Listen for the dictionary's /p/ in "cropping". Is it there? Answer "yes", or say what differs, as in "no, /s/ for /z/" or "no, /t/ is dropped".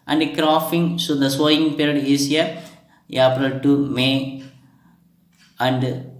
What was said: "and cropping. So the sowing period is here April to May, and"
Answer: no, /f/ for /p/